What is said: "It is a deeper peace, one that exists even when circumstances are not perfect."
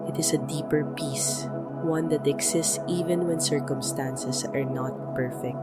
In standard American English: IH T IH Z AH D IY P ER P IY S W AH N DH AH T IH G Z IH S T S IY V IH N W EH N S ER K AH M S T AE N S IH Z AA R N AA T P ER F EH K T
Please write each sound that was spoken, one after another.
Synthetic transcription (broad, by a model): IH T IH S AH D IY P ER P IY S W AH N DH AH T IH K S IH S T S IY V IH N W EH N S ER K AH M S T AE N S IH S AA R N AA T P ER F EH K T